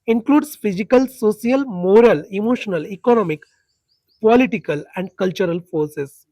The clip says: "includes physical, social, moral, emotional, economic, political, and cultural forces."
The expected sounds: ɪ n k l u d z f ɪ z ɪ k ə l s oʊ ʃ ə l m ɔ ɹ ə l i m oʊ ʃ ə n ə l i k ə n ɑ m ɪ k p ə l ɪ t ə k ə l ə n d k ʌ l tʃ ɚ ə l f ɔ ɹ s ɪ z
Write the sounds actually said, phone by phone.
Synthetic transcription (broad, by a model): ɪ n k l u d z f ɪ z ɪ k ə l s oʊ s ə l m ɔ ɹ ə l i m oʊ ʃ ə n ə l i k ə n ɑ m ɪ k p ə l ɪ t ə k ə l ə n d k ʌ l tʃ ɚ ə l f ɔ ɹ s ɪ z